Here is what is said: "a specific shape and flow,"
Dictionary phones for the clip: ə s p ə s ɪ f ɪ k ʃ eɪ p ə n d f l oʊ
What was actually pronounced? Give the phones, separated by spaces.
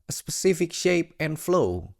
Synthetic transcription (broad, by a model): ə s p ə s ɪ f ɪ k ʃ eɪ p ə n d f l oʊ